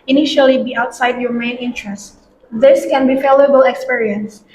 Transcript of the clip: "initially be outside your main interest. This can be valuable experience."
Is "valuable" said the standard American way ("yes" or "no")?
no